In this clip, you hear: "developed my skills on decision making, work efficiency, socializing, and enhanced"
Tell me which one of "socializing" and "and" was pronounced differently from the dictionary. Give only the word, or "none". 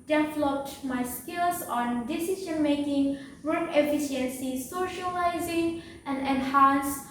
none